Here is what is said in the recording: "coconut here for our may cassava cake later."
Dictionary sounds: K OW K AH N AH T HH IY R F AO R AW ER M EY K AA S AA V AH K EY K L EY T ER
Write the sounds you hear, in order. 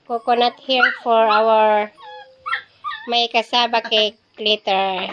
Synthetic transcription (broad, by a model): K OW K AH N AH T HH IY R F AO R AW ER M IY K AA S AA B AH K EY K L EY T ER